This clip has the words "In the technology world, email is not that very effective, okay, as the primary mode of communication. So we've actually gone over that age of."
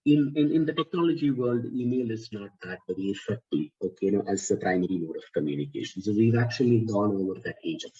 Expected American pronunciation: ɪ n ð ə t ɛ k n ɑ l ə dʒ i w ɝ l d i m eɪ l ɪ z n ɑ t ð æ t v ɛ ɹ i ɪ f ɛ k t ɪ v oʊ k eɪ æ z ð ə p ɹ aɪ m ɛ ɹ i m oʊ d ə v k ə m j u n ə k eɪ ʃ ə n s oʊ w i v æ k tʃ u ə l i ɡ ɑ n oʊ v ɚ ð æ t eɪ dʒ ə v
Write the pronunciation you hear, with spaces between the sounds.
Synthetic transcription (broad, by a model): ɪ n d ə t ɛ k n ɑ l ə dʒ i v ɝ l d i m eɪ l ɪ z n ɑ t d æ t b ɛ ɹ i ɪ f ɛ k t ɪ oʊ k eɪ æ z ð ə p ɹ aɪ m ɛ ɹ i m oʊ d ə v k ə m j u n ə k eɪ ʃ ə n s oʊ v i v æ k tʃ u ə l i ɡ ɑ n oʊ v ɚ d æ t eɪ dʒ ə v